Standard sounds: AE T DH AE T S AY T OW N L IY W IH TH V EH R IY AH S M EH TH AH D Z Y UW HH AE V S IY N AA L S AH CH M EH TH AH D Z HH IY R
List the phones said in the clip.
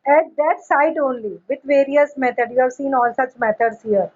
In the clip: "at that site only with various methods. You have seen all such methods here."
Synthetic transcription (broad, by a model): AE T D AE T S AY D OW N L IY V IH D V EH R IY AH S M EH T AH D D Y UW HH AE V S IY N AA L S AH CH M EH T AH D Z HH IY R